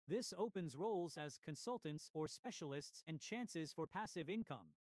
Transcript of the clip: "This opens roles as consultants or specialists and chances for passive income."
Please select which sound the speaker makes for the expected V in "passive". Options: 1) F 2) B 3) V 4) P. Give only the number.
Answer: 3